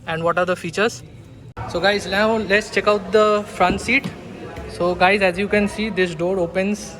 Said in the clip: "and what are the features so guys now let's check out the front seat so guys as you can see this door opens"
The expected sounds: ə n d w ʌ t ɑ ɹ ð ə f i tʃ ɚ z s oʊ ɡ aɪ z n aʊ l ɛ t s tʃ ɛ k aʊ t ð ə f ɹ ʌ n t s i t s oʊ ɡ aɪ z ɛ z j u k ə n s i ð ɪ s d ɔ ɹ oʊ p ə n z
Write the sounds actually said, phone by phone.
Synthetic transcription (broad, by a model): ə n d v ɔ t ɑ ɹ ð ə f i tʃ ɚ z s oʊ ɡ aɪ z l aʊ l ɛ t s tʃ ɛ k aʊ t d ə f ɹ ʌ n t s i t s oʊ ɡ aɪ z ɛ z j u k ə n s i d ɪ s d ɔ ɹ oʊ p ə n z